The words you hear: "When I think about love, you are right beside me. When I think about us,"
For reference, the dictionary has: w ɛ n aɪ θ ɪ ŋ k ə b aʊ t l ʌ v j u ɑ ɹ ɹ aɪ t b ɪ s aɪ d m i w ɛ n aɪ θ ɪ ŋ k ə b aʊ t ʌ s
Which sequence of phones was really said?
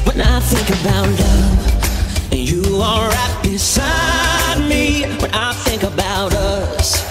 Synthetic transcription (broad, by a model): w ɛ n aɪ θ ɪ ŋ k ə b aʊ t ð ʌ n j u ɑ l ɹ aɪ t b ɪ s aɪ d m i w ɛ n aɪ θ ɪ ŋ k ə b aʊ t ʌ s